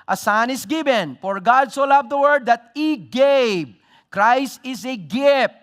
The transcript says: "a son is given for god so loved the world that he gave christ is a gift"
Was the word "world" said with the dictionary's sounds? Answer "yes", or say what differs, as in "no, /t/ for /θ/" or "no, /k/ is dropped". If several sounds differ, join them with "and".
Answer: no, /l/ is dropped